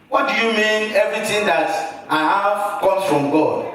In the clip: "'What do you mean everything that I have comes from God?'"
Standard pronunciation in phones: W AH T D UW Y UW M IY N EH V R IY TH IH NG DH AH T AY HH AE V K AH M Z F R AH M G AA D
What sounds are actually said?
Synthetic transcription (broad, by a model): W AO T D UW Y UW M IY N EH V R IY T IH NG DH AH T AY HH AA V K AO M F R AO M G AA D